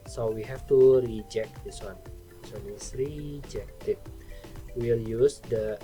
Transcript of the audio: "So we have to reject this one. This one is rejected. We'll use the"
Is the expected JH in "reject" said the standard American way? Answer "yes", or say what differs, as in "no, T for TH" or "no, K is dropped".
yes